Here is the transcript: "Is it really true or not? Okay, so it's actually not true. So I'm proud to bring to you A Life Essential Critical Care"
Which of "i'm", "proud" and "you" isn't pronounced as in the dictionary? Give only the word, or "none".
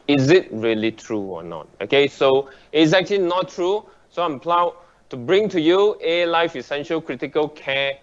proud